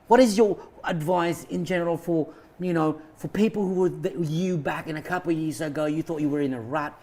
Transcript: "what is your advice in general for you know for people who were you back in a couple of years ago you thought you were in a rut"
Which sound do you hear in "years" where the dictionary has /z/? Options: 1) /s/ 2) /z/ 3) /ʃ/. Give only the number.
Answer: 2